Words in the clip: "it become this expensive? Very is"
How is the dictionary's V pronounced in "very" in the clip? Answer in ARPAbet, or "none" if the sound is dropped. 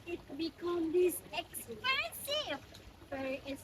F